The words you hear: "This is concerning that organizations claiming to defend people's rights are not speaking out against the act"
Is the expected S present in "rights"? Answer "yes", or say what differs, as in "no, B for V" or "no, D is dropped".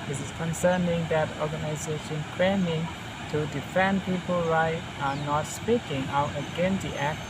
no, S is dropped